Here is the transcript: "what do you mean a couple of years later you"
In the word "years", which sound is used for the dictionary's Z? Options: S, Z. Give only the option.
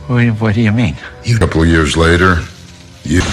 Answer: Z